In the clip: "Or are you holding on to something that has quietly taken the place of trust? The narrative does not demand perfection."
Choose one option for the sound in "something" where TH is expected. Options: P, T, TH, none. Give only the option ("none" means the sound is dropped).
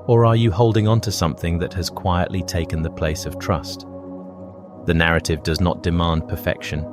TH